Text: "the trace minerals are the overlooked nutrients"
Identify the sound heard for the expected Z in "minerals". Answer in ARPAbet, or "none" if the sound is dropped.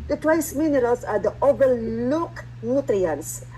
S